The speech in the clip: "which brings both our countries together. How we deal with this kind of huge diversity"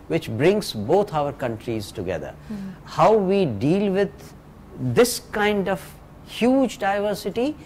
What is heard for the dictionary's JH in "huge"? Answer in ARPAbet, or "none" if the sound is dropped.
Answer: JH